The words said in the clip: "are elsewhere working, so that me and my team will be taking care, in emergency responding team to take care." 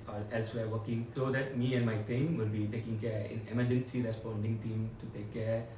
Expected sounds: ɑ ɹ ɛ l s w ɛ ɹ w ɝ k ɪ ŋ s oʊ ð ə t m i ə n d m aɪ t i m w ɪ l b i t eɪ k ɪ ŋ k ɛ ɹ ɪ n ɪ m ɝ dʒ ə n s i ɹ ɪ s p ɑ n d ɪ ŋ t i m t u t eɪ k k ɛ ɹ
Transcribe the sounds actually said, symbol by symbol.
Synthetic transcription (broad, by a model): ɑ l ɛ l s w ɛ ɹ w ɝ k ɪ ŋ s oʊ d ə t m i ə n d m aɪ t i m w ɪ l b i t eɪ k ɪ ŋ k ɛ ɹ ɪ n ɪ m ɝ dʒ ə n s i ɹ ɪ s p ɑ n d ɪ ŋ t i m t u t eɪ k k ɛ ɹ